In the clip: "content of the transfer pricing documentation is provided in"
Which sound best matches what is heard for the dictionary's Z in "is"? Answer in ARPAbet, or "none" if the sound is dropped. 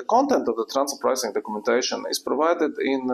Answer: S